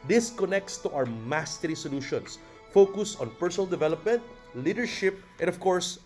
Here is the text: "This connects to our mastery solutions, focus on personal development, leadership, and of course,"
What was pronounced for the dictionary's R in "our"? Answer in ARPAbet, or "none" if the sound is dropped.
W